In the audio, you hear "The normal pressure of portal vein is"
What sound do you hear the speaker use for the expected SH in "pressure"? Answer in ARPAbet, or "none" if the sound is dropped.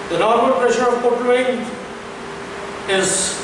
SH